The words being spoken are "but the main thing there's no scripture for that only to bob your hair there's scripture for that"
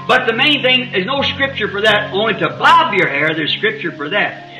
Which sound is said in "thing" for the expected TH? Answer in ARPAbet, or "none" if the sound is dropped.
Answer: TH